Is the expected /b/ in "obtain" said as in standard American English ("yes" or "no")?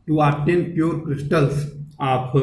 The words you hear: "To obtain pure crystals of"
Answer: no